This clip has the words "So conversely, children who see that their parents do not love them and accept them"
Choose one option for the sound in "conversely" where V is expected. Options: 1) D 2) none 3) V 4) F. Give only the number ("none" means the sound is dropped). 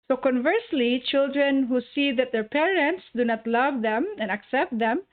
3